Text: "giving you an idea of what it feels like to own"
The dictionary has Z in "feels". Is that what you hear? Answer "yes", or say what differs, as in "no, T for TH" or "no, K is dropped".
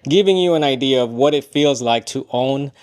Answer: yes